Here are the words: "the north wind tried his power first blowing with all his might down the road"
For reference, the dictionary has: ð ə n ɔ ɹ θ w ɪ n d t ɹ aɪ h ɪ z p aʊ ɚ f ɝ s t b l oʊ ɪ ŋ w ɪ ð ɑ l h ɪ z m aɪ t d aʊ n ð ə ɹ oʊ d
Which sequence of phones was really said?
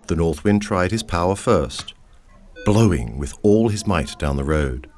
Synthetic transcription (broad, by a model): ð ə n ɔ ɹ θ w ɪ n t ɹ aɪ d ɪ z p aʊ ɚ f ɝ s t b l oʊ ɪ ŋ w ɪ ð ɑ l ɪ z m aɪ t d aʊ n ð ə ɹ oʊ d